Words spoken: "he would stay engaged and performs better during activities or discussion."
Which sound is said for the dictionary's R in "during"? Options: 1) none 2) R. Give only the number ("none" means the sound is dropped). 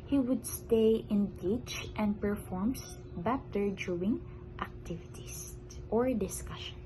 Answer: 1